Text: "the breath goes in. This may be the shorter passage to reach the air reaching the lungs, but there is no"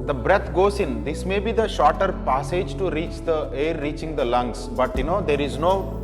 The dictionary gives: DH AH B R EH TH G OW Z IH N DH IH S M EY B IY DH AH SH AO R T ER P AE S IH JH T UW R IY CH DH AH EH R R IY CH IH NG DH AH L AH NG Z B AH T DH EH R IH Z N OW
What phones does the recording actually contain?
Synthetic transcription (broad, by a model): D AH B R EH T G OW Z IH N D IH S M EY B IY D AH SH AO R T ER P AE S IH JH T UW R IY CH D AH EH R R IY CH IH NG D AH L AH NG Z B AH T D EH R IH Z N OW